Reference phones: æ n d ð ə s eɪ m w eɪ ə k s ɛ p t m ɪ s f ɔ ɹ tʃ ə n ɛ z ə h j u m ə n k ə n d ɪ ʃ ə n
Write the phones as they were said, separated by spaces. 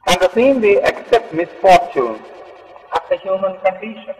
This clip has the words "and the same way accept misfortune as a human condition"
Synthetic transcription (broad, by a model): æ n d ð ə s eɪ m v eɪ ə k s ɛ p t m ɪ s f ɔ ɹ tʃ ə n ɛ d ə h j u m ə n k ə n d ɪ ʃ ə n